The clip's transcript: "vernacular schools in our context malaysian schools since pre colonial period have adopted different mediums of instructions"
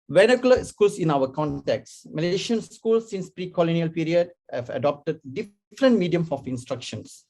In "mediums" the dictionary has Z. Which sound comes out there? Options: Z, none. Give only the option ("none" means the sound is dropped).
none